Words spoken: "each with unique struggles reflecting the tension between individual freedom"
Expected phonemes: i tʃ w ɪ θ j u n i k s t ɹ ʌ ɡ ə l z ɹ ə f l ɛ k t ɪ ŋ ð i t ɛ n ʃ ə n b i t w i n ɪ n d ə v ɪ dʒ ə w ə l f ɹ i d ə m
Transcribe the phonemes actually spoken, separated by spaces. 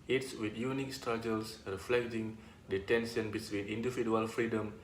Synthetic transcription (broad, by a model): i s w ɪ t j u n i k s t ɹ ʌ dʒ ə l s ɹ ə f l ɛ k t ɪ ŋ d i t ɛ n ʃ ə n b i s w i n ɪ n d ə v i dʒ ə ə l f ɹ i d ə m